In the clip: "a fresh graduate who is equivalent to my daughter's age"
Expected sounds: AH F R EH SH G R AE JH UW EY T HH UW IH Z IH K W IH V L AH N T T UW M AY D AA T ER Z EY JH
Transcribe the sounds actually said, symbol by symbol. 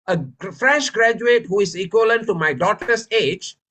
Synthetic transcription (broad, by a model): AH F R EH SH G R AE JH UW EY T HH UW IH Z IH K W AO L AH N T T UW M AY D AA T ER S EY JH